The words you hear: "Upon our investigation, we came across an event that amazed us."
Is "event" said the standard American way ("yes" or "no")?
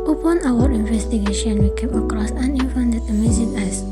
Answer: no